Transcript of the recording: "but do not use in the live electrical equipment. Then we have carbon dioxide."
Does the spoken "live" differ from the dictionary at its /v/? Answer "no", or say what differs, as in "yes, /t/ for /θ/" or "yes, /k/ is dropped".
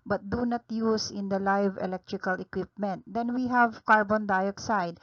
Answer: no